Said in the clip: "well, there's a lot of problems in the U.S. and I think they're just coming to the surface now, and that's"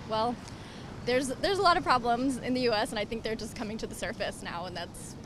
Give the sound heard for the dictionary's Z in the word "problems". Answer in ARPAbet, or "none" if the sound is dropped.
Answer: Z